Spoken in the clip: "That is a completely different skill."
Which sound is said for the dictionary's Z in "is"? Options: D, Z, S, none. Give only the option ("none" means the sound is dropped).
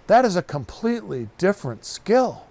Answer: Z